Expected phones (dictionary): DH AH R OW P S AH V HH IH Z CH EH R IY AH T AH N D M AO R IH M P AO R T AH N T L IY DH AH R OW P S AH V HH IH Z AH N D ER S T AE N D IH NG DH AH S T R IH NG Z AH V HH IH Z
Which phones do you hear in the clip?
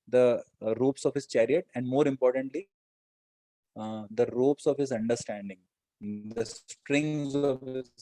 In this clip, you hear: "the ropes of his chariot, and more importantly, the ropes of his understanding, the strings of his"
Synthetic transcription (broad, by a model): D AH R OW P S AH V HH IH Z CH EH R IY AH T AH N D M AO R IH M P AO R T AH N T L IY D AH R OW P S AH V HH IH Z AH N D ER S T AE N D IH NG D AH S T R IH NG Z AH V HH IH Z